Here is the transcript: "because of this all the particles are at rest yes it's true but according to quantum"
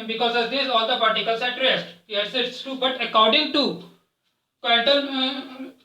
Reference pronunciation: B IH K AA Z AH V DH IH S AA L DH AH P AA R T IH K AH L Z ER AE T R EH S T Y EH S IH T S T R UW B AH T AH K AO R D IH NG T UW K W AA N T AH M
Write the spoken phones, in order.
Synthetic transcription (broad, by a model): B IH K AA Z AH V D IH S AA L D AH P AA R T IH K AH L S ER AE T R EH S T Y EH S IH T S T UW B AH T AH K AO R D IH NG T UW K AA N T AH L